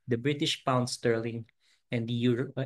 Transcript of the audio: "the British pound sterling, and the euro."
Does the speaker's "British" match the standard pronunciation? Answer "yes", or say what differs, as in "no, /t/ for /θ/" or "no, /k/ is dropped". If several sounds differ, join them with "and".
yes